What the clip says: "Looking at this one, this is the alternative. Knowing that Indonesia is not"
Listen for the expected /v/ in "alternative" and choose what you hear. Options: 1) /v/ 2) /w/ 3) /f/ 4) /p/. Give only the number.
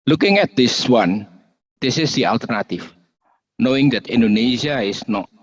3